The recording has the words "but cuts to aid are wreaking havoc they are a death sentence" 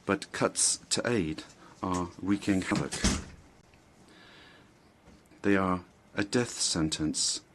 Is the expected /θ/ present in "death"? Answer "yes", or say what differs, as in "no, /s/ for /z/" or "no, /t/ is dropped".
yes